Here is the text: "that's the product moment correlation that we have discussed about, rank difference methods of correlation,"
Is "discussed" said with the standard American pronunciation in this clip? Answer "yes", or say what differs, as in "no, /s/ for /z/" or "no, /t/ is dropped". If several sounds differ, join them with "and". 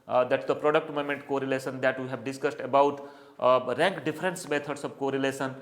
yes